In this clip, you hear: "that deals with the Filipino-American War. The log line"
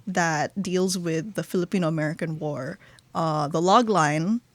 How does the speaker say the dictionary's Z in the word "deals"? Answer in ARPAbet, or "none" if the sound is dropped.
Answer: Z